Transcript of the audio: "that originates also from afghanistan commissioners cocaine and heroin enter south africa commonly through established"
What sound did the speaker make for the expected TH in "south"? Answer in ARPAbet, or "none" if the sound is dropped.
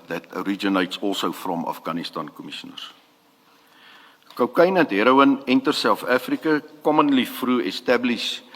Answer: F